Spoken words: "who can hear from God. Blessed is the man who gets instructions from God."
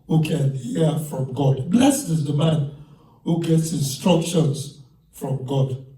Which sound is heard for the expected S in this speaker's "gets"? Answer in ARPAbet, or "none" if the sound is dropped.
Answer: S